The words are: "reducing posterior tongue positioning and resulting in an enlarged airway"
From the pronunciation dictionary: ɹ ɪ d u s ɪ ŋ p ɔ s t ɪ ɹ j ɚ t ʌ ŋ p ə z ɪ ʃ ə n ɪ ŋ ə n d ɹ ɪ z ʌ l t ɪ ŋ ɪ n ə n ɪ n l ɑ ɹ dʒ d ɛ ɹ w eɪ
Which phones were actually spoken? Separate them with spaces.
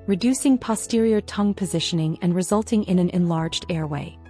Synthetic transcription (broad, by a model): ɹ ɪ d u s ɪ ŋ p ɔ s t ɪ ɹ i ɚ t ʌ ŋ p ə z ɪ ʃ ə n ɪ ŋ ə n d ɹ ɪ z ʌ l t ɪ ŋ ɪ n ə n ɪ n l ɑ ɹ dʒ d ɛ ɹ w eɪ